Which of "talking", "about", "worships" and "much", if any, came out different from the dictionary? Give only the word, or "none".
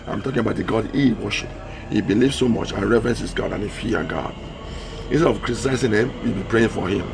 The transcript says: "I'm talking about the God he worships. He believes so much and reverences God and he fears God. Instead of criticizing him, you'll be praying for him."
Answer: worships